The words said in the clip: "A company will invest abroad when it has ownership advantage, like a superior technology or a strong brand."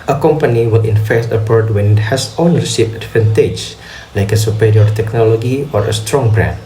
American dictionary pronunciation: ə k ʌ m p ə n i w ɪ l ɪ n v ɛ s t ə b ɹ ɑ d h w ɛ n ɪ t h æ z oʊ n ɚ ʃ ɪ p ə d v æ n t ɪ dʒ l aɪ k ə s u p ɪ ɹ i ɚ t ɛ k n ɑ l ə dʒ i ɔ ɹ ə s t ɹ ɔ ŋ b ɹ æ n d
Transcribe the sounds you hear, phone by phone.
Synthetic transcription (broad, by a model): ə k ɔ m p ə n i w ɪ l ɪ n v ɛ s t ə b ɑ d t w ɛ n ɪ t h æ s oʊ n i s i f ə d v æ n t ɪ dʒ l aɪ k ə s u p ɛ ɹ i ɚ t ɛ k n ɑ l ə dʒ i ɔ ɹ ə s t ɹ ɔ ŋ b ɹ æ n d